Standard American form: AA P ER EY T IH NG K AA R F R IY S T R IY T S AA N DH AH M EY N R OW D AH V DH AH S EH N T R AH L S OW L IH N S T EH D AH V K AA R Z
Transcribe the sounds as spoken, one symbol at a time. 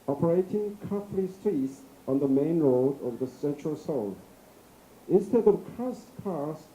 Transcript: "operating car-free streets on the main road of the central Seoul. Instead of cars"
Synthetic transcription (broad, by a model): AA P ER EY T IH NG K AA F L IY S T R IY T S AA N DH AH M EY N R OW D AH V DH AH S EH N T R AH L S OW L IH N S T EH D AH V K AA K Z